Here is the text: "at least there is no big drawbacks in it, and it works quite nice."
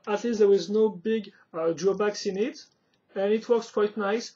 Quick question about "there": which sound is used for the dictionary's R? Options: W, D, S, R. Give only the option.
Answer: W